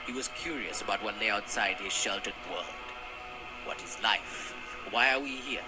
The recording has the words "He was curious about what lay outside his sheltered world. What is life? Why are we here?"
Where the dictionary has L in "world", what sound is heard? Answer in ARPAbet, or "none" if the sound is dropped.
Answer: L